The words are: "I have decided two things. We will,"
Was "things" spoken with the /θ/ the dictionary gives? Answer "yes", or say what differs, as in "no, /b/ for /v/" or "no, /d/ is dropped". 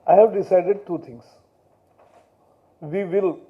no, /t/ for /θ/